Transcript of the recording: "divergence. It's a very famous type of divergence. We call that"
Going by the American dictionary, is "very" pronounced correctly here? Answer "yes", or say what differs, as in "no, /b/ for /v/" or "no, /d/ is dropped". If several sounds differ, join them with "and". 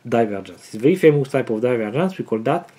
no, /ɹ/ is dropped